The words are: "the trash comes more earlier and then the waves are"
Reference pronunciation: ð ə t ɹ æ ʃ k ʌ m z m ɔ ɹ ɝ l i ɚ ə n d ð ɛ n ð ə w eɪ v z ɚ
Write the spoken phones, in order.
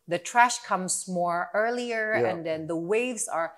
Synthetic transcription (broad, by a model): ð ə t ɹ æ ʃ k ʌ m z m ɔ ɹ ɝ l i ɚ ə n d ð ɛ n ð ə w eɪ v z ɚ